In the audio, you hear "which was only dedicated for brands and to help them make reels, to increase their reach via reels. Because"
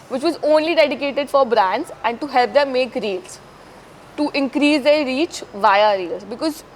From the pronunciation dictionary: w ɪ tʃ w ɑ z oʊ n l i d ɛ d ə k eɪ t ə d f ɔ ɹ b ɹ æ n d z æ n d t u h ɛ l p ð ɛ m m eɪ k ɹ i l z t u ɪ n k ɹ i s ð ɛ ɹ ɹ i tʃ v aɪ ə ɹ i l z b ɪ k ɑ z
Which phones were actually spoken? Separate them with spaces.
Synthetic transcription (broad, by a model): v ɪ tʃ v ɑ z oʊ n l i d ɛ d ə k eɪ t ə d f ɔ ɹ b ɹ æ n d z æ n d t u h ɛ l p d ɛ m m eɪ k ɹ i l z t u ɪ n k ɹ i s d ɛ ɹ ɹ i tʃ v aɪ ə ɹ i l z b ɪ k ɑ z